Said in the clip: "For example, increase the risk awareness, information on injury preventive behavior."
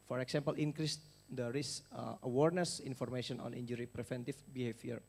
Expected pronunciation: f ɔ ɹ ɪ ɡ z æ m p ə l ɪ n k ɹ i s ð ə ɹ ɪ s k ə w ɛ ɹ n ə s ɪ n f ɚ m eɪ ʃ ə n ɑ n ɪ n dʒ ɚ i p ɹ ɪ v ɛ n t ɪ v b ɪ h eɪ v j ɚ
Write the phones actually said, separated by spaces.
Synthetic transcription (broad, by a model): f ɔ ɹ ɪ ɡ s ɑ m p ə l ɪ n k ɹ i s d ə ɹ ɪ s ə w ɛ ɹ n ə s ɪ n f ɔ m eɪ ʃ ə n ɑ n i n dʒ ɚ i p ɹ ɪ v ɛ n t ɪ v b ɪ h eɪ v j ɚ